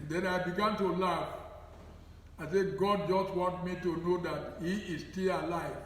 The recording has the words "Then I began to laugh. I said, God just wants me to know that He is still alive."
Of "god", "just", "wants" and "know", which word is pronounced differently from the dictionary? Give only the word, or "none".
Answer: wants